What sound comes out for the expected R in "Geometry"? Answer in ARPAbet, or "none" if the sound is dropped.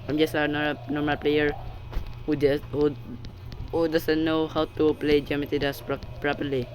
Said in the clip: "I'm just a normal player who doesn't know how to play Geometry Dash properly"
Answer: none